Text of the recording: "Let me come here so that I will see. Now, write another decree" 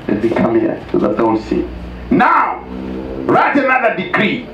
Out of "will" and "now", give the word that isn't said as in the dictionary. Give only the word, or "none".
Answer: will